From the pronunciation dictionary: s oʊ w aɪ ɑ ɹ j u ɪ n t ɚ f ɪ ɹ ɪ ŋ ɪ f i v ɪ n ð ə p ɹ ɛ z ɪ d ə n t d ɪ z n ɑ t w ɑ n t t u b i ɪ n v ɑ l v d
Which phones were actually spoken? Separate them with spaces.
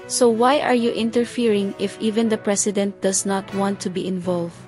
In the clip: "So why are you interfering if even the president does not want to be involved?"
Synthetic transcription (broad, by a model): s oʊ w aɪ ɑ ɹ j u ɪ n t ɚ f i ɹ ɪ ŋ ɪ f i v ɪ n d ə p ɹ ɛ s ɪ d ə n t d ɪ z n ɑ t w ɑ n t t u b i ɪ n v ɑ l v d